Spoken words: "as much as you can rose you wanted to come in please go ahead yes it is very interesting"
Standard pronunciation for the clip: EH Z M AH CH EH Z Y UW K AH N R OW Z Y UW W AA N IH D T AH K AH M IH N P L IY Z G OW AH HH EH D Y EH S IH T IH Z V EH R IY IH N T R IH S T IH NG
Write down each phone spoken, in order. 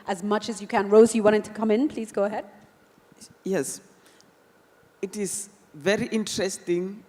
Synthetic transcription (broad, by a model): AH Z M AH CH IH Z Y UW K AH N R OW Z Y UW W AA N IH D T AH K AH M IH N P L IY Z G OW AH HH EH D Y EH S IH T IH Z V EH R IY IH N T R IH S T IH NG